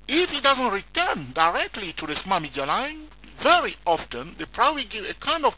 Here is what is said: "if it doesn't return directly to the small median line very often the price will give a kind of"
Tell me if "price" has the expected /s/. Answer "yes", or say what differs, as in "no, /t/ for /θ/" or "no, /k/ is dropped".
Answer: no, /s/ is dropped